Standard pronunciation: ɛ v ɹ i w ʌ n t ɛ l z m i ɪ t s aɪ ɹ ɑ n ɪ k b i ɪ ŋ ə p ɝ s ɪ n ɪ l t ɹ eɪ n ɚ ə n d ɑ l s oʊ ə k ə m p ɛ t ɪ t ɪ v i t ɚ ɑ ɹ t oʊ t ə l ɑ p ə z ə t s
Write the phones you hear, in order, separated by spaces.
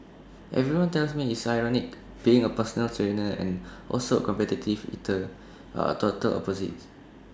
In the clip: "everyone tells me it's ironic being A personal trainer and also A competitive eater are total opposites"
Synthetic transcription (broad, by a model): ɛ v ɹ i w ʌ n t ɛ l s m i ɪ t s aɪ ɹ ɑ n ɪ k b i ɪ ŋ ə p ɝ s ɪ n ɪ l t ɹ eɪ n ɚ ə n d ɑ l s oʊ ə k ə m p ɛ t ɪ t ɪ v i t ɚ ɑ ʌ t oʊ t ə l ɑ p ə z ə t